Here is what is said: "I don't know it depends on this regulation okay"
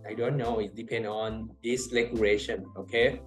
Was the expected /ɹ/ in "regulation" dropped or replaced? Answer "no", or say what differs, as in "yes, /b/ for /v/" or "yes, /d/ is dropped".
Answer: yes, /l/ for /ɹ/